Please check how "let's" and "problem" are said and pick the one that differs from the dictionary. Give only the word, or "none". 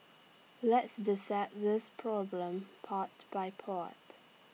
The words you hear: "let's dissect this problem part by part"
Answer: none